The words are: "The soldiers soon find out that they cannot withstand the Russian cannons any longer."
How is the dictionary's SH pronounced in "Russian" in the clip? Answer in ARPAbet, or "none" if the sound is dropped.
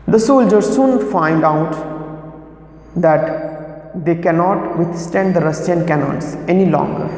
S